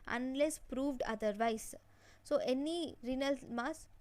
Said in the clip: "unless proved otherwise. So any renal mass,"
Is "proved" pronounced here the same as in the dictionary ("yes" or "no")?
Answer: yes